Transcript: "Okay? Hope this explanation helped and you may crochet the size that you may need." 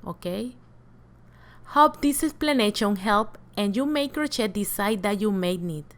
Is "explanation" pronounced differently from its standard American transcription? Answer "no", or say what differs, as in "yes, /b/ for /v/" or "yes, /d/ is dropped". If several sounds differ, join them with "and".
yes, /k/ is dropped